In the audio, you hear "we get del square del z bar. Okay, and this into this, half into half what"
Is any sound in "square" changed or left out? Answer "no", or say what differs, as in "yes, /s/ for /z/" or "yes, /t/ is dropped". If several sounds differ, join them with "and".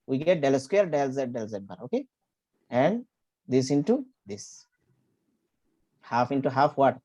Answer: yes, /l/ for /ɹ/